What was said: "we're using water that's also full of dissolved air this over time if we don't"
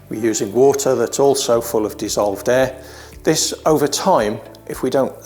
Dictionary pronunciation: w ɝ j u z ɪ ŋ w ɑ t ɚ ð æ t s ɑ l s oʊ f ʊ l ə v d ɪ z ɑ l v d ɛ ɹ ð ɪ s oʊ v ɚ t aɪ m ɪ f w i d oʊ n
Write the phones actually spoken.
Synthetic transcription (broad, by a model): w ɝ j u z ɪ ŋ w ɑ t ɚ ð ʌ t s ɑ l s oʊ f ʊ l ə v d ɪ z ɑ l v d ɛ ð ɪ s oʊ v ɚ t aɪ m ɪ f w i d oʊ n